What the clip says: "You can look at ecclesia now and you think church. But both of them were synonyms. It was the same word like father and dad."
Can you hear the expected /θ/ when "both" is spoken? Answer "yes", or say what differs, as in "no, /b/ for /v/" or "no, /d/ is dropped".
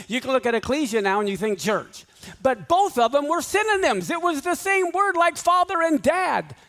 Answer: yes